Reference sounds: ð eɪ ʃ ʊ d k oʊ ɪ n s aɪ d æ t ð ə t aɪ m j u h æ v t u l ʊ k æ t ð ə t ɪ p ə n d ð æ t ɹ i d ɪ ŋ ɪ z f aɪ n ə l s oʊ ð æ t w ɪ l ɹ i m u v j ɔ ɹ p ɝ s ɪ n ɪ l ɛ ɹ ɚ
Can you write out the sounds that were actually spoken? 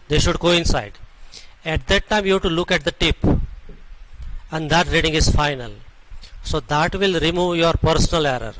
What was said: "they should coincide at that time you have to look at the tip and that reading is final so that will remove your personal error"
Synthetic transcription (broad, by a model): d eɪ ʃ ʊ d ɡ oʊ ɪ n s aɪ d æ t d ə t aɪ m j u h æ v t u l ʊ k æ t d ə t ɪ p ə n d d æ t ɹ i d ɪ ŋ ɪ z f aɪ n ə l s oʊ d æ t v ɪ l ɹ i m u v j ɔ ɹ p ɝ s ɪ n ɪ l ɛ ɹ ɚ